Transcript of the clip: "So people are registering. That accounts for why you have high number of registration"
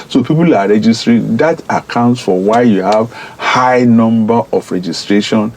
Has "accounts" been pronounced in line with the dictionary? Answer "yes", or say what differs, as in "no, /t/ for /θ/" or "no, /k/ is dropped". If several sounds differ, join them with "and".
yes